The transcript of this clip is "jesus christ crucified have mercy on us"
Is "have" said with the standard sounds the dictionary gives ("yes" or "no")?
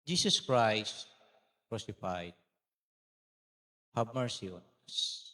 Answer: no